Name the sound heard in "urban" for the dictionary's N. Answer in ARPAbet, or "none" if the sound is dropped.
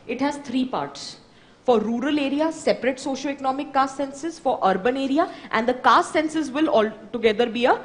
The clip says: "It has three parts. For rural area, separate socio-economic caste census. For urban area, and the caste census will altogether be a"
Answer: N